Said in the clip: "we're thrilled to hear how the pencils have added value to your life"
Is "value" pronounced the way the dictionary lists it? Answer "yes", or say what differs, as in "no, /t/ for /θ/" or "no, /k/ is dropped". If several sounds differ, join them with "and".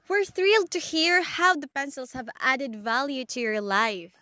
yes